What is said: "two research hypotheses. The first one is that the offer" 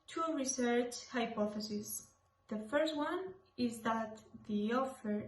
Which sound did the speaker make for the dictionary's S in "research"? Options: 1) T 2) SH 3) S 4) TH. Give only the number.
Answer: 3